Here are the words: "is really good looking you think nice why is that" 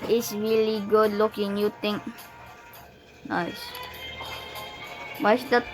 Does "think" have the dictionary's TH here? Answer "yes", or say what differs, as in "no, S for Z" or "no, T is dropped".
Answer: no, T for TH